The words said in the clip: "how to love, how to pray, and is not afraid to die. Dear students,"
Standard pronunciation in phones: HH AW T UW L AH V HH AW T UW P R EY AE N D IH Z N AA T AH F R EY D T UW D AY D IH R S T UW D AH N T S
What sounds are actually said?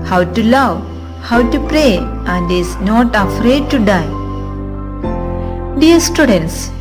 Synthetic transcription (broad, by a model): HH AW T UW L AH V HH AW T UW P R EY AE N D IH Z N AA T AH F R EY D T UW D AY D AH R S T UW D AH N T S